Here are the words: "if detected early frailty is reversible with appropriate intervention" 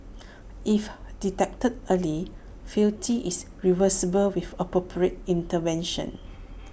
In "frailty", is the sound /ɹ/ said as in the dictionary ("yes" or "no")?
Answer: no